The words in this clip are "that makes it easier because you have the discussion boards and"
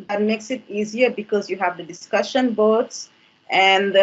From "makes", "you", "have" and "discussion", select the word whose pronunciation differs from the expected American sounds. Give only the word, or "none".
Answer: none